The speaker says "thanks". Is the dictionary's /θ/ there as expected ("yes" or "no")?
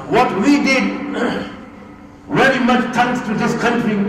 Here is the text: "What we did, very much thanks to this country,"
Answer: no